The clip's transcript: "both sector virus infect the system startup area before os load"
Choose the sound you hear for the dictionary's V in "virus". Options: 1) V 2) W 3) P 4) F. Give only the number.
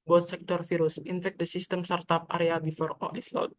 4